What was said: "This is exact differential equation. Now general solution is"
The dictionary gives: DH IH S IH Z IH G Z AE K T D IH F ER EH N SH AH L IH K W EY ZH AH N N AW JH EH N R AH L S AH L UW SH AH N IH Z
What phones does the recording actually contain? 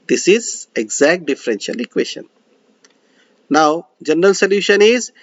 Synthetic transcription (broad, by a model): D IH S IH Z IH G Z AE K T D IH F ER EH N SH AH L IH K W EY SH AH N N AW JH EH N R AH L S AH L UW SH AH N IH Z